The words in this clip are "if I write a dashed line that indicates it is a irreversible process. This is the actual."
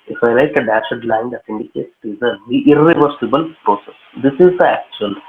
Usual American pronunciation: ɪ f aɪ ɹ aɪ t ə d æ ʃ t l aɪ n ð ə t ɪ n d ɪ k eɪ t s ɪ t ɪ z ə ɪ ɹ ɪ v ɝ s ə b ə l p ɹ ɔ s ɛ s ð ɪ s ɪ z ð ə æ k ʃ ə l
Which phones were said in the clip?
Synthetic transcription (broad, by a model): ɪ f aɪ l aɪ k ə d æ ʃ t l aɪ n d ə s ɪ n d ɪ k eɪ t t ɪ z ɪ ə ɪ ɹ ɪ v ɝ s ə b ə l p ɹ ɔ s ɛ s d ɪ s ɪ z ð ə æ k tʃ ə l